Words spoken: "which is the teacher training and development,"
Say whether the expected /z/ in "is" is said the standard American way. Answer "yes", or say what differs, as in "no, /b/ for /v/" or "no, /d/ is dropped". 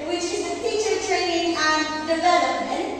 yes